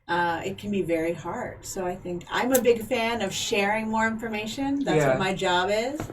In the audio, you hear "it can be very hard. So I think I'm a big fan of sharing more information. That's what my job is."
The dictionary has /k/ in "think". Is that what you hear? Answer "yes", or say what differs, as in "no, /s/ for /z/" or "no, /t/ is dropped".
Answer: yes